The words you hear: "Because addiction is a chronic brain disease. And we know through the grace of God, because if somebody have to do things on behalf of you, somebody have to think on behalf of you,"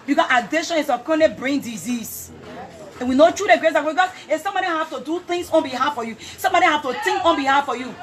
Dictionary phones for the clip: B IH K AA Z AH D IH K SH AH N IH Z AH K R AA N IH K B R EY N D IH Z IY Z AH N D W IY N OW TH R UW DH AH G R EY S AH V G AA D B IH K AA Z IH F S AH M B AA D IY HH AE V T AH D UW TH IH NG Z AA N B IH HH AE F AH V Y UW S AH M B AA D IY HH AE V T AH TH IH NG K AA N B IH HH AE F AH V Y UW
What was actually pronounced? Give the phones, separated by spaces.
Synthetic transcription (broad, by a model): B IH K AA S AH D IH SH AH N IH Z AH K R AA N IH B R EY N D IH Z IY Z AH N W IY N OW T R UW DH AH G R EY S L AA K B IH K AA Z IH S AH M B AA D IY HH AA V T AH D UW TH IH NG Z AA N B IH HH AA F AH Y UW S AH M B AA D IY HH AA F T AH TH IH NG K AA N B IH HH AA F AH Y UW